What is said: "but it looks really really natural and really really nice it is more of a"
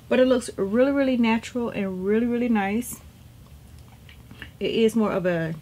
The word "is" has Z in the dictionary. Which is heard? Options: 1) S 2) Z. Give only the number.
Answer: 2